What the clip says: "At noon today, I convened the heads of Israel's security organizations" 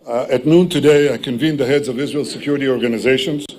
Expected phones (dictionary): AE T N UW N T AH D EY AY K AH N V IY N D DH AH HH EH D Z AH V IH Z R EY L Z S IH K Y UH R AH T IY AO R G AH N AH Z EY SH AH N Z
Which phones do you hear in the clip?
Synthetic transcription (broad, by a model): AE T N UW N T AH D EY AY K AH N V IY N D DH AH HH EH D Z AH V IH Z R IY L S IH K Y UH R AH T IY AO R G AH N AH Z EY SH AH N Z